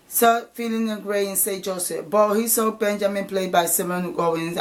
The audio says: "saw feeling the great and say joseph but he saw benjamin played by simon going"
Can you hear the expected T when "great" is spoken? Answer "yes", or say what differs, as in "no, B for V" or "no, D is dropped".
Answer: no, T is dropped